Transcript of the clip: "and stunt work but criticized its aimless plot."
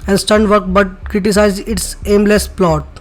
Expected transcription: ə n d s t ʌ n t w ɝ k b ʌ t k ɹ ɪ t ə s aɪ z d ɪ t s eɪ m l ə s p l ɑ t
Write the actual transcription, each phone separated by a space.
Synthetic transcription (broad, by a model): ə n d s t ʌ n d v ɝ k b ʌ t k ɹ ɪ t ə s aɪ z ɪ t s eɪ m l ə s p l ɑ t